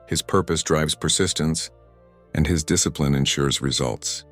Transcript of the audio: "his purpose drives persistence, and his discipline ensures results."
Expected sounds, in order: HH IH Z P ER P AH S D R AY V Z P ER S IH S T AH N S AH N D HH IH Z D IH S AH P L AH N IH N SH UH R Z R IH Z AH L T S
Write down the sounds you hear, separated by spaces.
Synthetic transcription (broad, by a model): HH IH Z P ER P AH S D R AY V Z P ER S IH S T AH N S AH N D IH Z D IH S AH P L AH N IH N SH UH R Z R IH Z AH L T S